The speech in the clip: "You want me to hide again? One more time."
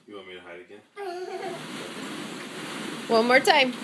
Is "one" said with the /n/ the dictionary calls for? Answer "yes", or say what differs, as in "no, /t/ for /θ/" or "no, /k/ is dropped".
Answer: no, /l/ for /n/